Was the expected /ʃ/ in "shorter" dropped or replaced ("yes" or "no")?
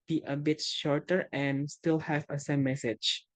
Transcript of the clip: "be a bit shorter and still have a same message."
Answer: no